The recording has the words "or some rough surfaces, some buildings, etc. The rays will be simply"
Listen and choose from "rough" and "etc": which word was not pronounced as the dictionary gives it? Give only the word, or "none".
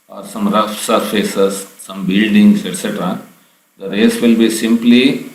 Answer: none